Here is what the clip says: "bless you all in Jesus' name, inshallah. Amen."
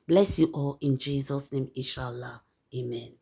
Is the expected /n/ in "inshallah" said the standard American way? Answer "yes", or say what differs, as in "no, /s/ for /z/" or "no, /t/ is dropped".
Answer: no, /n/ is dropped